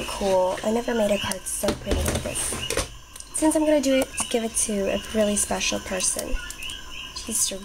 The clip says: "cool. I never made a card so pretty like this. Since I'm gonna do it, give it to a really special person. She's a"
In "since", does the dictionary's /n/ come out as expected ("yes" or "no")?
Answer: yes